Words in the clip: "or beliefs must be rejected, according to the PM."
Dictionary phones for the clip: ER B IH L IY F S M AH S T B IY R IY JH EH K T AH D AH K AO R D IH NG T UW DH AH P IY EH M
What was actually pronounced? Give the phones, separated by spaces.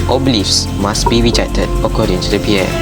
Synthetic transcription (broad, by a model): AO B IH L IY F S M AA S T B IY R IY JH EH T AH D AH K AO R D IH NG T UW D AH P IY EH